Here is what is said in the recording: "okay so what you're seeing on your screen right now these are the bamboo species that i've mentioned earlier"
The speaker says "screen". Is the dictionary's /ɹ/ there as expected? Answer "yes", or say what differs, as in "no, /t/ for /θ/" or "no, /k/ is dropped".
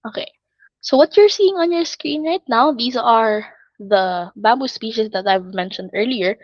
yes